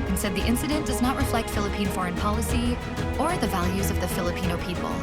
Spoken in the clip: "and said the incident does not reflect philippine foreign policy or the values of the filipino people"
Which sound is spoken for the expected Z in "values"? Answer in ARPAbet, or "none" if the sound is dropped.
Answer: Z